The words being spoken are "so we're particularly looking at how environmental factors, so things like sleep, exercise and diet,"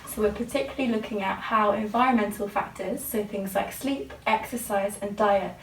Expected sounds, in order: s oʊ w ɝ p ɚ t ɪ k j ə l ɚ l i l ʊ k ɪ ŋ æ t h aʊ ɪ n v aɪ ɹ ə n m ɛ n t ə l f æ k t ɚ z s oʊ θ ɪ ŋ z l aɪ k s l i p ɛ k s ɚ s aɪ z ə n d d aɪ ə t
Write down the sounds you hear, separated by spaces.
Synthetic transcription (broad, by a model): s oʊ w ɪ p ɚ t ɪ k j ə l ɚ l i l ʊ k ɪ ŋ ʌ t h aʊ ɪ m v aɪ ɹ ə n m ɛ n t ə l f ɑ k t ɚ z s oʊ θ ɪ ŋ z l aɪ k s l i p ɛ k s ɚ s aɪ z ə n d d aɪ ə t